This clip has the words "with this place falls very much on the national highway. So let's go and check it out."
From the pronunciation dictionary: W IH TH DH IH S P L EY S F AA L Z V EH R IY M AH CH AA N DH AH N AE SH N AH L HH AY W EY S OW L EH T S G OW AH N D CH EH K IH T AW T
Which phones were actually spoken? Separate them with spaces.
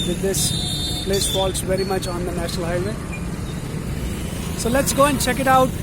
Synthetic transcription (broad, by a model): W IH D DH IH S P L EY S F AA L S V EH R IY M AH CH AA N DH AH N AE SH N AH L HH AY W EY S OW L EH T S G OW AH N D CH EH K IH T AW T